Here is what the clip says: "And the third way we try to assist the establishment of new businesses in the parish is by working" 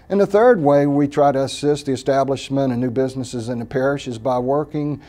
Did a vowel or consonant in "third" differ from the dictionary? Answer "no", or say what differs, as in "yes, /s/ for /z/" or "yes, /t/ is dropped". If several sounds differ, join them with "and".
no